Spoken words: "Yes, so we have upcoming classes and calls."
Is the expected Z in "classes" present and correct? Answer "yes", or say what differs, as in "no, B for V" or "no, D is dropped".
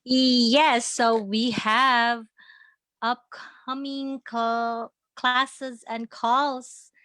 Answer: yes